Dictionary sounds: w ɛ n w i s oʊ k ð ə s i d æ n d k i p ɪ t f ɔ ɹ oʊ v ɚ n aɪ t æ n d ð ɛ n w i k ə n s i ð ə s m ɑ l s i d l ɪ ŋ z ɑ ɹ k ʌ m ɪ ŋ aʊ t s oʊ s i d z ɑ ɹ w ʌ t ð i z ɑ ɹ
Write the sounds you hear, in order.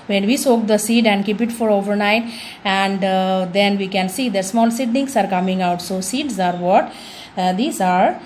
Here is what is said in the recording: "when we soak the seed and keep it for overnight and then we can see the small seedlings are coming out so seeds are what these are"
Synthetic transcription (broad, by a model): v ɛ n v i s oʊ k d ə s i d æ n d k i p ɪ t f ɔ ɹ oʊ v ɚ n aɪ t æ n d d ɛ n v i k ə n s i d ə s m ɑ l s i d n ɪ ŋ s ɑ ɹ k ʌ m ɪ ŋ aʊ t s oʊ s i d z ɑ ɹ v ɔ t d i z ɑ ɹ